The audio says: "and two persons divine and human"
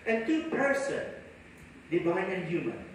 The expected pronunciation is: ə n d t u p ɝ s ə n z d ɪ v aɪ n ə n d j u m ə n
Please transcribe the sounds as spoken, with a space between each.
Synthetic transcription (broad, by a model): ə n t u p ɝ s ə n d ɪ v aɪ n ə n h j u m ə n